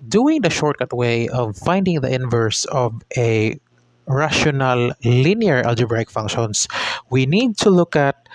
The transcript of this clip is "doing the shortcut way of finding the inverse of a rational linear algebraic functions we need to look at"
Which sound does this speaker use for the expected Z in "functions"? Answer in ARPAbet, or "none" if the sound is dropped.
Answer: S